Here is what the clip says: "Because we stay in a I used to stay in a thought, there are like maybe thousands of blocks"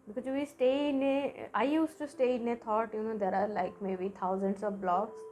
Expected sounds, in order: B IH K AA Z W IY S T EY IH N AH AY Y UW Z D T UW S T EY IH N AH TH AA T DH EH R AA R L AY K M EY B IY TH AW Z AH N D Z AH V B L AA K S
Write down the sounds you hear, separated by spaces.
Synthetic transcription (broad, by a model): B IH K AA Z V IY S T EY IH N AH AY Y UW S T UW S T EY IH N AH T AA T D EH R AA R L AY K M EY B IY T AW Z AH N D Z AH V B L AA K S